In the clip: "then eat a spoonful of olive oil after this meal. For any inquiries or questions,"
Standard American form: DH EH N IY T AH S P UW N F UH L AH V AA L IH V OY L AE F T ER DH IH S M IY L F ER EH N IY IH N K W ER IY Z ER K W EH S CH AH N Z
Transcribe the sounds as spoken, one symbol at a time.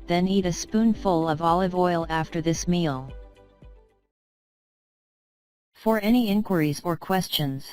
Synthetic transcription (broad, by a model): DH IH N IY T AH S P UW N F UH L AH V AA L IH V OY L AE F T ER DH IH S M IY L F ER EH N IY IH N K W ER IY Z ER K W EH S CH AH N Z